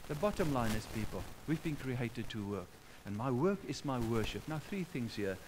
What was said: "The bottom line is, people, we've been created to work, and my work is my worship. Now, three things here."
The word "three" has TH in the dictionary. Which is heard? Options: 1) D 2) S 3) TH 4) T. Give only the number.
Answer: 3